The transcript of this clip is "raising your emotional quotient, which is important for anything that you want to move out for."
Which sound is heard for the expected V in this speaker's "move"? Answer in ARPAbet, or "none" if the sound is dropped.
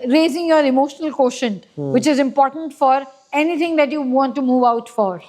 V